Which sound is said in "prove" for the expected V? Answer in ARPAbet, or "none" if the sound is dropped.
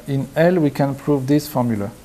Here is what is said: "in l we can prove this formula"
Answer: V